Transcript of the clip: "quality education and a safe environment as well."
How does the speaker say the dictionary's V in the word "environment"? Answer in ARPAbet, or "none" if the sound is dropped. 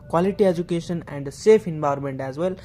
B